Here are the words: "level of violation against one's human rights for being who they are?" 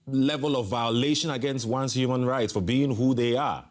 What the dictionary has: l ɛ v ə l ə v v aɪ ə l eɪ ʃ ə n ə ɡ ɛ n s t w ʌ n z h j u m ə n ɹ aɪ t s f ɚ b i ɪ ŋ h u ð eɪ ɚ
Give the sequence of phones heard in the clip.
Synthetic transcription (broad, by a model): l ɛ v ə l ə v v aɪ ə l eɪ ʃ ə n ə ɡ ɛ n s t w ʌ n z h j u m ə n ɹ aɪ t s f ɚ b i ɪ ŋ h u ð eɪ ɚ